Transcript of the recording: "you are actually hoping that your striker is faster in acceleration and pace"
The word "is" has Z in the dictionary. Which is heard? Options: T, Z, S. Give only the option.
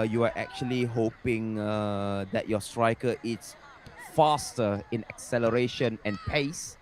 S